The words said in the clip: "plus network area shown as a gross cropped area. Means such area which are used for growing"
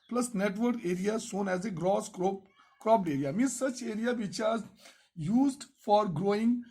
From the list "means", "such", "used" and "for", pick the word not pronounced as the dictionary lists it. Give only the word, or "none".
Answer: means